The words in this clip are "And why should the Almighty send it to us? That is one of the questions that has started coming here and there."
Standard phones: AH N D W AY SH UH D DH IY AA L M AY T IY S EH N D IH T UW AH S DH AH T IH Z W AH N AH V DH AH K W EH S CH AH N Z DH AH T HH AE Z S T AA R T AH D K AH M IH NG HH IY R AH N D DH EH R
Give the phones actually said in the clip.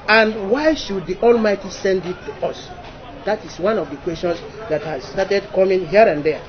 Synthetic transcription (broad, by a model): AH N D W AY SH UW D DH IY AA L M AY T IY S EH N D IH T UW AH S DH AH T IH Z W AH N AH V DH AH K W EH S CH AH N S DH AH T HH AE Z S T AA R T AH D K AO M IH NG HH IY R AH N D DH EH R